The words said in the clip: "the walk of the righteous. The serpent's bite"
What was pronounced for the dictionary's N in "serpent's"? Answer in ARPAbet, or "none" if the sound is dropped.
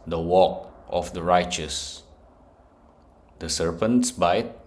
N